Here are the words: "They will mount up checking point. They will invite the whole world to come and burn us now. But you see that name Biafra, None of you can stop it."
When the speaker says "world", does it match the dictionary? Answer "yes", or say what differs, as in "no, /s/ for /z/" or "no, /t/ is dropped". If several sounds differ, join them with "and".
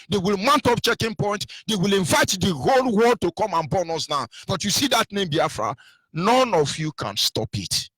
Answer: no, /l/ is dropped